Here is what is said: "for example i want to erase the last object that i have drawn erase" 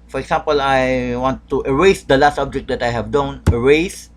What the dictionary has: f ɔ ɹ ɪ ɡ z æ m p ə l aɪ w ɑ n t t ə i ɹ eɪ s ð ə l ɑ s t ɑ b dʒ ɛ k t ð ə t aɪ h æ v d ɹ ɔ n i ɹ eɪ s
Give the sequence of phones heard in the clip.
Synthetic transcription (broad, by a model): f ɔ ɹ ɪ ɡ s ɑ m p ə l aɪ w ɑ n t t ə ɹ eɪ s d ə l ɑ s t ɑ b dʒ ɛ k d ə t aɪ h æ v d ɔ n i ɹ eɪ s